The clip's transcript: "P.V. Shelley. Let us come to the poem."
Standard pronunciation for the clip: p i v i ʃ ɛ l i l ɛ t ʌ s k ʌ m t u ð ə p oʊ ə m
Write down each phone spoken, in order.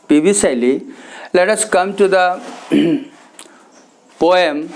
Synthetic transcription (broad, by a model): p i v i s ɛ l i l ɛ t ʌ s k ʌ m t u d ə p oʊ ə m